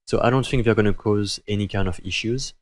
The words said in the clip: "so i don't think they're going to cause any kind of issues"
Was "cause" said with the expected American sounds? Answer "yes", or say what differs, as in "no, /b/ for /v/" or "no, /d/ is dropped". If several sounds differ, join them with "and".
yes